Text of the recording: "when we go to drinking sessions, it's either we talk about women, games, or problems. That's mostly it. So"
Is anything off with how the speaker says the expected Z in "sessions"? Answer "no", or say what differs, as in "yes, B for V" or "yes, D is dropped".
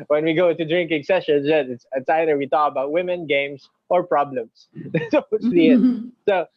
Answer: yes, S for Z